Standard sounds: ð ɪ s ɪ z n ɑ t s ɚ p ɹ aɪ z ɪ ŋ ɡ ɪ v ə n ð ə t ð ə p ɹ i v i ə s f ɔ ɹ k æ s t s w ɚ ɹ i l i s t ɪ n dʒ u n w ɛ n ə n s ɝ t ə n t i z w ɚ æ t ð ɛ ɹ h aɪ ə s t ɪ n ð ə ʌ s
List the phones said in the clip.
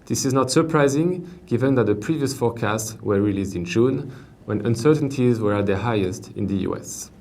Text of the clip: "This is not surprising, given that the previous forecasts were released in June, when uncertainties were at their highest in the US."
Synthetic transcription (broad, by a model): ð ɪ s ɪ z n ɑ t s ɚ p ɹ aɪ z ɪ ŋ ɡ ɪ v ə n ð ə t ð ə p ɹ i v i ə s f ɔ ɹ k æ s t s w ɚ ɹ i l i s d ɪ n dʒ u n w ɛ n ə n s ɝ t ə n t i z w ɚ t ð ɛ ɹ h aɪ ə s t ɪ n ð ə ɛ s